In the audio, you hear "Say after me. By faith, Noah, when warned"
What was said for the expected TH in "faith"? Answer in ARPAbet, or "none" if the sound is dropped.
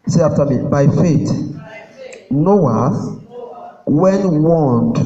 T